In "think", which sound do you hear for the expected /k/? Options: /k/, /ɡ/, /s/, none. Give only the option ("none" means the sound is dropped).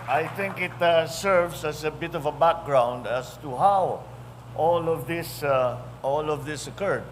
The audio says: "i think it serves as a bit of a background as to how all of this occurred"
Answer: /k/